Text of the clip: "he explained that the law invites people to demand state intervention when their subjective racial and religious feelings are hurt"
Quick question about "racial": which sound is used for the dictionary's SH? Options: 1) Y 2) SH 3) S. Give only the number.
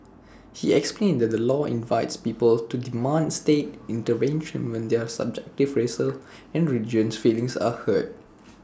3